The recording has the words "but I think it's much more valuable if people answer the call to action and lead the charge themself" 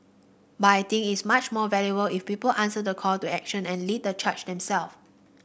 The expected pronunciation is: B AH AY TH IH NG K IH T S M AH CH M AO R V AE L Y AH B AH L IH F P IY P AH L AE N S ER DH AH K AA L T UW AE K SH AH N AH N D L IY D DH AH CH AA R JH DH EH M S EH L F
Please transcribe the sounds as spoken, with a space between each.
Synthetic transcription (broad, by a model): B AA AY T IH NG IH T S M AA CH M AO V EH L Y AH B AH L IH F P IY P AH L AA N S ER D AH K AA L T UW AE K SH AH N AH N L IY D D AH CH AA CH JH EH M S EH L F